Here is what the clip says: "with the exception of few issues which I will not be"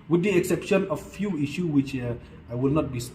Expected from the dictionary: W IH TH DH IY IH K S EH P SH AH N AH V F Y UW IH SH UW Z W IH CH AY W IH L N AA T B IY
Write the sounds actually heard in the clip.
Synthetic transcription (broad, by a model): W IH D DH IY IH K S EH P SH AH N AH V F Y UW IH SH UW W IH CH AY W IH L N AA T B IY